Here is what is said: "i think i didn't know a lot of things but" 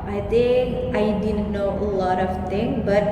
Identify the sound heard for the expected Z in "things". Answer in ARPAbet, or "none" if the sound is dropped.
none